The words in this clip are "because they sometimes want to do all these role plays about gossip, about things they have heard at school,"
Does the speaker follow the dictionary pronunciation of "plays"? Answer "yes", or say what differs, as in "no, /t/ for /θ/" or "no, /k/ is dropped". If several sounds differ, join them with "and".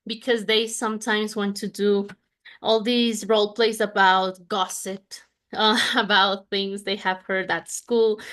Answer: no, /s/ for /z/